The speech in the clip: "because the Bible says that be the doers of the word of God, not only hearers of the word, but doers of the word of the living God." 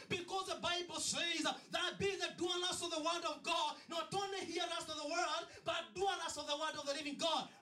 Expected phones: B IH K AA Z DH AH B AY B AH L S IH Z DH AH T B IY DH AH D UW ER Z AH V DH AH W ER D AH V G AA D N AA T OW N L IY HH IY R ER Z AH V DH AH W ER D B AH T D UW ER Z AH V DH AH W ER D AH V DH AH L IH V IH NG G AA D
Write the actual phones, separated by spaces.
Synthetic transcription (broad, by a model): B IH K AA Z DH AH B AY B L S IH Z DH AH T B IY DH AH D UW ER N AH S DH AH W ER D AH V G AA D N AA T OW N L IY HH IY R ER S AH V DH AH W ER D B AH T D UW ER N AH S DH AH W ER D AH V DH AH N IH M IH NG G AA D